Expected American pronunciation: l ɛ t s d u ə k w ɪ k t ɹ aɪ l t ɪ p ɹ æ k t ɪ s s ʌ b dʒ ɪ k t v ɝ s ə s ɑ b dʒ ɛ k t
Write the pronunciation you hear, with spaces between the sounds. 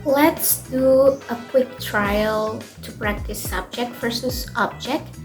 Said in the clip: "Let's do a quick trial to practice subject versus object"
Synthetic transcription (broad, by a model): l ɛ t s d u ə k w ɪ k t ɹ aɪ l t ɪ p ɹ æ k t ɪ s s ʌ b dʒ ɪ k t f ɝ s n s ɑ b dʒ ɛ k t